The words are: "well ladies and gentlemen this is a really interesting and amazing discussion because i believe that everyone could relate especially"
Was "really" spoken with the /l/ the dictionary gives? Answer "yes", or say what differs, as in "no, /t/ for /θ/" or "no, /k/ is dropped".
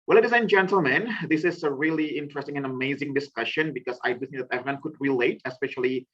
yes